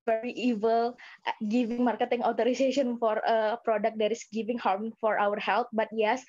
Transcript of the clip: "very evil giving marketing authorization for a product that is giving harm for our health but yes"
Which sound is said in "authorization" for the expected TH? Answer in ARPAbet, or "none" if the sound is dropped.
T